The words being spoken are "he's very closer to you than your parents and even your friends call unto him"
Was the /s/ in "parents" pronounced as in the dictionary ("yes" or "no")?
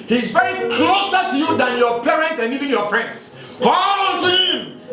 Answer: yes